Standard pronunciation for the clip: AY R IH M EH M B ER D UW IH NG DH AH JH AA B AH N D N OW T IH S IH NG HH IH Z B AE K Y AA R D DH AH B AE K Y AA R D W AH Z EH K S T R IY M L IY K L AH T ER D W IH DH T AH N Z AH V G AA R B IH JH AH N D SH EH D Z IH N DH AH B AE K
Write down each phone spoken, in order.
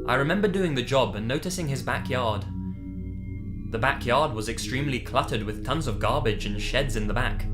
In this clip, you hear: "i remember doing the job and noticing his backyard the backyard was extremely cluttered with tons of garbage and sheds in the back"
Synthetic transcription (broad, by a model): AY R IH M EH M B ER D UW IH NG DH AH JH AA B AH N N OW T IH S IH NG IH Z B AE K Y AA R D DH AH B AE K Y AA R D W AH Z EH K S T R IY M L IY K L AH T ER D W IH DH T AH N Z AH V G AA R B IH JH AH N SH EH D Z IH N DH AH B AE K